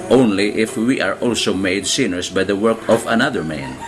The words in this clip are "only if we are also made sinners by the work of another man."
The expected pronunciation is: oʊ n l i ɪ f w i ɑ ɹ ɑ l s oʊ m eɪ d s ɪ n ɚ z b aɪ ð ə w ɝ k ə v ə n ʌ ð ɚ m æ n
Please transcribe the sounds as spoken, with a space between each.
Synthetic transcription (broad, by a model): oʊ n l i ɪ f w i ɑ ɹ ɑ l s oʊ m eɪ d s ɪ n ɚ s b aɪ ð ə w ɝ k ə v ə n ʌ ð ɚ m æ n